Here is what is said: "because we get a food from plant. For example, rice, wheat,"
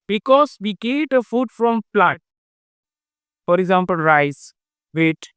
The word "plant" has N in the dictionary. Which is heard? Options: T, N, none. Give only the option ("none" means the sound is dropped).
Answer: none